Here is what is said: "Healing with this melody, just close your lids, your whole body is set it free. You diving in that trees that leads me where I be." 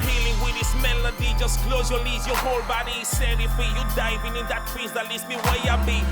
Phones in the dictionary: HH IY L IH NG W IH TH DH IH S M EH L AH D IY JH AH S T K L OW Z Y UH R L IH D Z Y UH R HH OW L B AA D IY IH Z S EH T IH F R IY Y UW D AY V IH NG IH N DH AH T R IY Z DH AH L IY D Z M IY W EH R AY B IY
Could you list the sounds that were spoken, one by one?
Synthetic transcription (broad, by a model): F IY L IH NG W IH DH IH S M EH L AH D IY JH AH S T K L OW Z Y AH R L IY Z Y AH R HH OW L B AA D IY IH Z S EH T IH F IY Y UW D AY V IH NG IH N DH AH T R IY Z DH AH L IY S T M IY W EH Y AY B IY